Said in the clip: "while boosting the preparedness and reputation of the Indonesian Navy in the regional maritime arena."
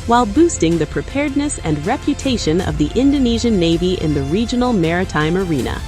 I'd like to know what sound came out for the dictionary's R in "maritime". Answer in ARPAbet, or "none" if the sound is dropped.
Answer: R